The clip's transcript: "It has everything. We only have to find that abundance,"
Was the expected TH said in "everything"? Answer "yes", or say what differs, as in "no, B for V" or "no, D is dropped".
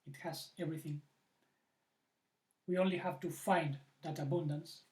yes